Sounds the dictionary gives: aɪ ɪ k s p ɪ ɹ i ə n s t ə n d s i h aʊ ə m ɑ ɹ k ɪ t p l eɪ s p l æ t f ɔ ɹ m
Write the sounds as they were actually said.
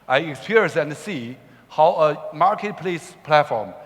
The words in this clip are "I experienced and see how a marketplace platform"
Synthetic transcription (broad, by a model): aɪ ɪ k s p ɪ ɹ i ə n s ə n s i h aʊ ə m ɑ ɹ k ɪ t p l eɪ s p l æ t f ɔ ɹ m